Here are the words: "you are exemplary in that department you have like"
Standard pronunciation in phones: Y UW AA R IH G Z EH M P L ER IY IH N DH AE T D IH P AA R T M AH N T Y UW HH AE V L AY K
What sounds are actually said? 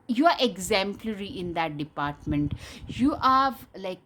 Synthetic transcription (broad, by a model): Y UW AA R IH G Z EH M P L ER IY IH N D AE T D IH P AA R T M AH N T Y UW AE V L AY K